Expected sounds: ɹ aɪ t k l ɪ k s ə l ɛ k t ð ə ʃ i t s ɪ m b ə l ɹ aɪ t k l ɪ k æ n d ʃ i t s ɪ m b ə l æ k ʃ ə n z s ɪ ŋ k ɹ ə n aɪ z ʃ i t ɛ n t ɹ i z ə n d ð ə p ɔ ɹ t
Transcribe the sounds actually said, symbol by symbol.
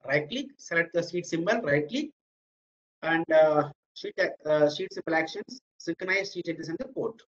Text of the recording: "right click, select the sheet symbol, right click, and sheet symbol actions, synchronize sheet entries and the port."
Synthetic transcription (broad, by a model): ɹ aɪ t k l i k s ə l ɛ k t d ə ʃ i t s ɪ m b ə l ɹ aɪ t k l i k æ n d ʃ i t s ɪ m b ə l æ k ʃ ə n s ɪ ŋ k ɹ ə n aɪ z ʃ i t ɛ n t i s ə n d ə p ɔ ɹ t